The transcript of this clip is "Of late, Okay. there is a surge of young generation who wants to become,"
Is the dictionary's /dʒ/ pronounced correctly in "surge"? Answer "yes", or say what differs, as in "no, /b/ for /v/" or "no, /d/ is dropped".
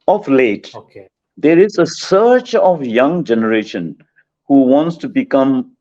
no, /tʃ/ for /dʒ/